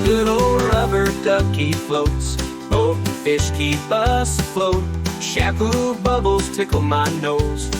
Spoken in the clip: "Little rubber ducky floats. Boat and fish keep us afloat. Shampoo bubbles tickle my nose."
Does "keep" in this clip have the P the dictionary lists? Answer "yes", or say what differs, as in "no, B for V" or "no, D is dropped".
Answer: no, B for P